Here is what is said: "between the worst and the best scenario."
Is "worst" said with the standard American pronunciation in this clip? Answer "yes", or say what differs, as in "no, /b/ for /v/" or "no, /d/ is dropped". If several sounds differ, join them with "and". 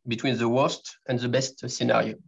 yes